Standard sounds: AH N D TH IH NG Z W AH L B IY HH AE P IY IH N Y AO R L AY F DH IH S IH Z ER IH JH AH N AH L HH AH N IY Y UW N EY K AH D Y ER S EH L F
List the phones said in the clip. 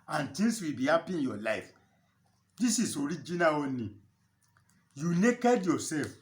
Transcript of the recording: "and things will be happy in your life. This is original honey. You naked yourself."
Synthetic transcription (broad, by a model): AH N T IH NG S W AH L B IY HH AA P IY IH N Y AO L AY F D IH S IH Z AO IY JH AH N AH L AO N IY Y UW N EY K AH D Y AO S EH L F